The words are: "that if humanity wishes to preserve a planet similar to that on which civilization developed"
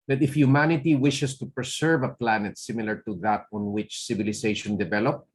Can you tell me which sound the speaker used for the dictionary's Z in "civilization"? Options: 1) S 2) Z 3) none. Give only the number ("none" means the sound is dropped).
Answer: 1